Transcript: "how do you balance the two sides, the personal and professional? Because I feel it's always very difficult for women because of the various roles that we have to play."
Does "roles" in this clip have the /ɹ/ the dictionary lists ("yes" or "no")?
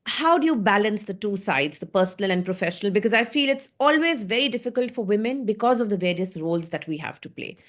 yes